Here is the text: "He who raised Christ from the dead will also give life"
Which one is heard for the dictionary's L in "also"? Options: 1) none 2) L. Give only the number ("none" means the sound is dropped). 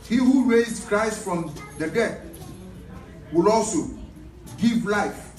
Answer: 2